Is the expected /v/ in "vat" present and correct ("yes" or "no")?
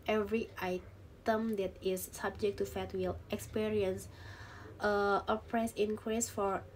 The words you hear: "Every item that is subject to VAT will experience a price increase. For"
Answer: no